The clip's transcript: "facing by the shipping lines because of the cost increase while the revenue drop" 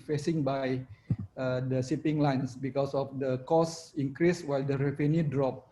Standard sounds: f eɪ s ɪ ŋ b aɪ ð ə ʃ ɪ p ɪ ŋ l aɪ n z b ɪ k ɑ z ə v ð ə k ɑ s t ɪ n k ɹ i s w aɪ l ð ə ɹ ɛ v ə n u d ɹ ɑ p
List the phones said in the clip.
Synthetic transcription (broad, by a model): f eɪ s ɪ ŋ b aɪ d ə s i p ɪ ŋ l aɪ n s b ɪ k ɑ s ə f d ə k ɑ s ɪ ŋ k ɹ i s w aɪ l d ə ɹ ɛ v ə n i d ɹ ɑ p